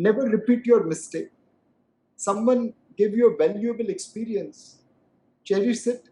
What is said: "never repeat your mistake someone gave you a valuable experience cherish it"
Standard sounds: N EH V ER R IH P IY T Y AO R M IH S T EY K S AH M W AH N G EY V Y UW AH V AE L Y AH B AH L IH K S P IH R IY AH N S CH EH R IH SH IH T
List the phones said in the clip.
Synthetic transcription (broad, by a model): N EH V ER R IH P IY T Y AO R M IH S T EY K S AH M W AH N G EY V Y UW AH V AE L Y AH B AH L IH K S P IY R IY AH N S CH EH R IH S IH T